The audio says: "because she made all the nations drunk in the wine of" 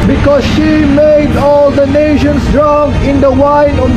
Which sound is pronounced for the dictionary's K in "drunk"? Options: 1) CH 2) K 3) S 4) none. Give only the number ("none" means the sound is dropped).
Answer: 4